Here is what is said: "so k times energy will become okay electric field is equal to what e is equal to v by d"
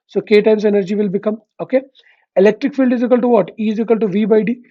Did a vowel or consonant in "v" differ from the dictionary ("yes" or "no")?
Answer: no